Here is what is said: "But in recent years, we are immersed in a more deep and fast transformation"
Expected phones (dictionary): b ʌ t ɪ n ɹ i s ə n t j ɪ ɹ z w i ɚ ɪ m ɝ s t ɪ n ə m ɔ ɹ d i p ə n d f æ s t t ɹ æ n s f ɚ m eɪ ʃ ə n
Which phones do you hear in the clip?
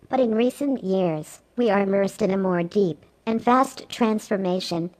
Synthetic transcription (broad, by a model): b ʌ t ɪ n ɹ i s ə n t j ɪ ɹ z w i ɚ ɪ m ɝ s t ɪ n ə m ɔ ɹ d i p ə n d f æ s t t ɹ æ n s f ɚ m eɪ ʃ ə n